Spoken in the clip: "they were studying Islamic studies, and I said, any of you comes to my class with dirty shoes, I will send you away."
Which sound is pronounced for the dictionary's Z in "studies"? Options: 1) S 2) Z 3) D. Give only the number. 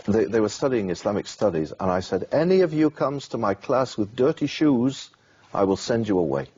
2